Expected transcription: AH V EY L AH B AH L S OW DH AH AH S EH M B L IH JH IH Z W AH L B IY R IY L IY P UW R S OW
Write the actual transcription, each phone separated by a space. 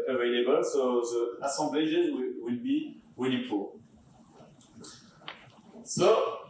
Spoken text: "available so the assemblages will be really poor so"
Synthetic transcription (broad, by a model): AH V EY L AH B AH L S OW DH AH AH S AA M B L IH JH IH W W AH L B IY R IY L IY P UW L S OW